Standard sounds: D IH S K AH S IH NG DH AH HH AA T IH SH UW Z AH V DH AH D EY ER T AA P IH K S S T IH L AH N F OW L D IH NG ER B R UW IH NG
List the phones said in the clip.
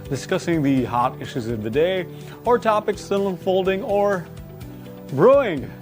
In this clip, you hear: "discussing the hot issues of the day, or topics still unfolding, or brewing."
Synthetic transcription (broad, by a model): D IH S K AH S IH NG DH AH HH AA T IH SH UW Z AH V DH AH D EY ER T AA P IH K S S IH N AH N F OW L D IH NG ER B R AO IH NG